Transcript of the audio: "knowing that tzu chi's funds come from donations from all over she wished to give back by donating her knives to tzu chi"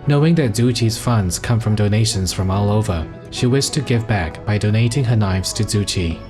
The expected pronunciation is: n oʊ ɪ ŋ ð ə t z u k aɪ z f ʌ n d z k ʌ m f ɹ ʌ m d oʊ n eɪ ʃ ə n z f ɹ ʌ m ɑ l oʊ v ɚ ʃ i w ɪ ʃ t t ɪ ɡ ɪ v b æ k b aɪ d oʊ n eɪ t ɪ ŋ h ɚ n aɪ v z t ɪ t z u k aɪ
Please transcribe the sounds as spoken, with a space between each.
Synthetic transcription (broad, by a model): n oʊ ɪ ŋ ð ə t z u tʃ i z f ʌ n d z k ʌ m f ɹ ʌ m d oʊ n eɪ ʃ ə n z f ɹ ʌ m ɑ l oʊ v ɚ ʃ i w ɪ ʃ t t ɪ ɡ ɪ v b æ k b aɪ d oʊ n eɪ t ɪ ŋ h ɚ n aɪ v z t ɪ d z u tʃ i